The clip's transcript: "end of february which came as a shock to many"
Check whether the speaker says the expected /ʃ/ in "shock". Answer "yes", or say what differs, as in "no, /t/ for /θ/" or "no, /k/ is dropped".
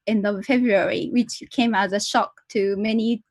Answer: yes